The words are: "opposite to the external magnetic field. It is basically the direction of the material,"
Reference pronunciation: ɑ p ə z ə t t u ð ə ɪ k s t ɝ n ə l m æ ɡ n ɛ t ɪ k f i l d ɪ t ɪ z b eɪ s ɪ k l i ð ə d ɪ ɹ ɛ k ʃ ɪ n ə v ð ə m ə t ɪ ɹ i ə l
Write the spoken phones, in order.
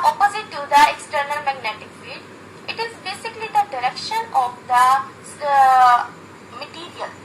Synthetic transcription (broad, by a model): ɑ p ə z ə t t u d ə ɪ k s t ɝ n ə l m æ ɡ n ɛ t ɪ k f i d ɪ t ɪ z b eɪ s ɪ k l i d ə d ɪ ɹ ɛ k ʃ ɪ n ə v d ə m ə t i ɹ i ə l